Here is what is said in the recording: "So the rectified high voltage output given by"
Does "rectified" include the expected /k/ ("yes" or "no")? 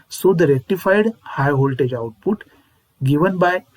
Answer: no